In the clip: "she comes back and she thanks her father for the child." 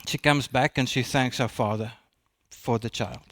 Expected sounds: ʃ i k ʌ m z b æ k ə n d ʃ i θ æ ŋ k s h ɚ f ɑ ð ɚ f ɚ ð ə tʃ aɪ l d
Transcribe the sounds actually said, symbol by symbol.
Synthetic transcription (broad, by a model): ʃ i k ʌ m z b æ k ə n ʃ i θ æ ŋ k s h ɚ f ɑ ð ɚ f ɚ ð ə tʃ aɪ l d